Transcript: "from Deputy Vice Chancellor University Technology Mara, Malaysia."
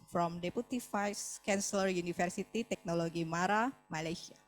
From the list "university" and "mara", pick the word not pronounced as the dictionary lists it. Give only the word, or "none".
university